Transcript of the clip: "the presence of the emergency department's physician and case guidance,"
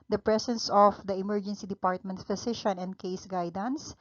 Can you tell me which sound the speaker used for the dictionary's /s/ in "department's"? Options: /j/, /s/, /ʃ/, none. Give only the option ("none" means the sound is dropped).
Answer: none